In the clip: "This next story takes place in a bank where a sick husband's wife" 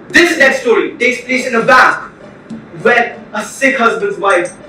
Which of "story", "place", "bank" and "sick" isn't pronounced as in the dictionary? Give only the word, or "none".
bank